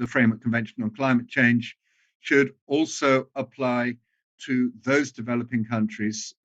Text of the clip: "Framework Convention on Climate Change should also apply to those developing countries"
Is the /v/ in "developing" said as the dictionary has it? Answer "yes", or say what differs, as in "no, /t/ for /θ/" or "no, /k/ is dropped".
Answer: yes